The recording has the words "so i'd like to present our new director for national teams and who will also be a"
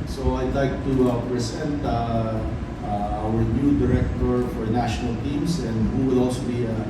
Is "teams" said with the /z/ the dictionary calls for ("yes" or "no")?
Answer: no